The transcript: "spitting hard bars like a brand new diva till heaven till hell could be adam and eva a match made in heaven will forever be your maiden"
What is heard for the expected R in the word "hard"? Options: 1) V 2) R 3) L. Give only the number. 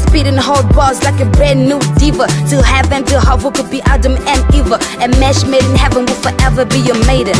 3